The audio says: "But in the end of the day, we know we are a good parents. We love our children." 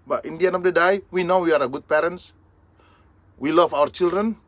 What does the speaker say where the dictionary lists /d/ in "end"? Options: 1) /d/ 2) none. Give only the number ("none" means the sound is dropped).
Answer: 2